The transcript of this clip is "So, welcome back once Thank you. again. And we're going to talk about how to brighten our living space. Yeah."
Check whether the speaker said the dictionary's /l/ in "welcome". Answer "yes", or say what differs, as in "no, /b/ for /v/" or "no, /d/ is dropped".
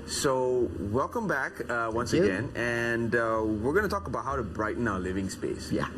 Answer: yes